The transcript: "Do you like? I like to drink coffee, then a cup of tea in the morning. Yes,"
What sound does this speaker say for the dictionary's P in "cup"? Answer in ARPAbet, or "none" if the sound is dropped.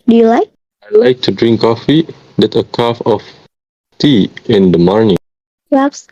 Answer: F